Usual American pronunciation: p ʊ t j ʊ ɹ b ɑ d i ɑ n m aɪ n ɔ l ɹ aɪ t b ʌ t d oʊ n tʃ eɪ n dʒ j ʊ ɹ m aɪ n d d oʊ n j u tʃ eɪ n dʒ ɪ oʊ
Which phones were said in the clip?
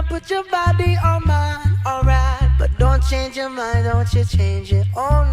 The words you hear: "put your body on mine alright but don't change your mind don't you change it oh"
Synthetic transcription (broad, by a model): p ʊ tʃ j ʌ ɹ b ɑ d i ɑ m aɪ ɔ l ɹ aɪ t b ʌ t d oʊ n tʃ eɪ n dʒ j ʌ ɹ m aɪ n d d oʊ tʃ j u tʃ eɪ n dʒ ɪ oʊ